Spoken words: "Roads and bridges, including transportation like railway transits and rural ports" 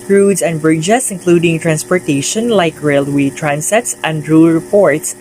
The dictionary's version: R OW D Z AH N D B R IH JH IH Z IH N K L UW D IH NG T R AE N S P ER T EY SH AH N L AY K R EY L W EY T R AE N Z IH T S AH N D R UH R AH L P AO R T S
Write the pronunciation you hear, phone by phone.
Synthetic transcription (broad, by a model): R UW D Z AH N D B R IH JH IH S IH N K L UW D IH NG T R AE N S P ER T EY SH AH N L AY K R EY L W EY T R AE N S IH T S AH N D R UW R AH P AO R T S